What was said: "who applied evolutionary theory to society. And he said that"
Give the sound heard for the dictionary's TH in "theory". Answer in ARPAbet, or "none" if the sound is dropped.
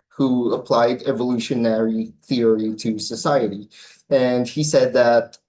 TH